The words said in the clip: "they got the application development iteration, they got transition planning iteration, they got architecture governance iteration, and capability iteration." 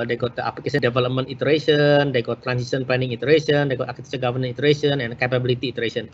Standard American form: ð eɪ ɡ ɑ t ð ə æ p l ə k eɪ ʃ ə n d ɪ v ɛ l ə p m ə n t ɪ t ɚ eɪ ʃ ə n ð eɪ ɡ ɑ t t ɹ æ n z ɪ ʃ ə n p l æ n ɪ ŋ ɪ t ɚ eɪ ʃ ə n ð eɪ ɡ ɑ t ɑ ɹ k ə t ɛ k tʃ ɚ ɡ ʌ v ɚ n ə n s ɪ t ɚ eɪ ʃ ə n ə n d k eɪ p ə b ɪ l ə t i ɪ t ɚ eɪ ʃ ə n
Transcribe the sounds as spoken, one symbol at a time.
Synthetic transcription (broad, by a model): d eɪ ɡ ɑ t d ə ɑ p l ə k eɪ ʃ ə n d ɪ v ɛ l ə p m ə n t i t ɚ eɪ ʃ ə n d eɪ ɡ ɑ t t ɹ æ n s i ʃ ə n p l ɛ n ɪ ŋ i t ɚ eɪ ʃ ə n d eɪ ɡ ɑ t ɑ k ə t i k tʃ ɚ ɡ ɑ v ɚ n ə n i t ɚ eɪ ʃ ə n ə n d k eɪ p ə b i l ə t i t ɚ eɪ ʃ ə n